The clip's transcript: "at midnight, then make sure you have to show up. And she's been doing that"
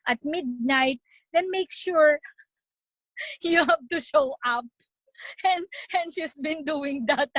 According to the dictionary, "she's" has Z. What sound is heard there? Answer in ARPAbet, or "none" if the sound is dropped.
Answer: S